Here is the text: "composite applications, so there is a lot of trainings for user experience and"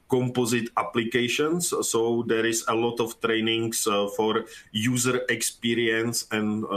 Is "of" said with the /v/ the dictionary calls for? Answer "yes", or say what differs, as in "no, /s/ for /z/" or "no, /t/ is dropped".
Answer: no, /f/ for /v/